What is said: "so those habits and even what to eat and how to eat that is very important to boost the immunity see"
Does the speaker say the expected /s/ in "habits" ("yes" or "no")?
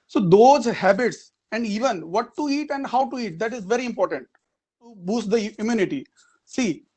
yes